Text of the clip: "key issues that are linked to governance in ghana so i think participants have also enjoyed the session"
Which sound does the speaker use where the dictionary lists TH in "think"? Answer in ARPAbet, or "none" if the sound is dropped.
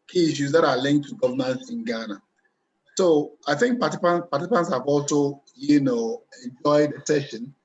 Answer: TH